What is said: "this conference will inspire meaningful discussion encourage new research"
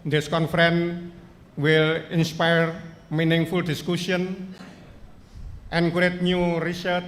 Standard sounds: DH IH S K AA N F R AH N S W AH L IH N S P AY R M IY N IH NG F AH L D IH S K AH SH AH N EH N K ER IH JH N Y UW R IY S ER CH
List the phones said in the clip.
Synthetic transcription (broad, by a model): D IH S K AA N F R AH N W AH L IH N S P AY R M IY N IH NG F AH L D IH S K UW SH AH N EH N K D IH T N Y UW R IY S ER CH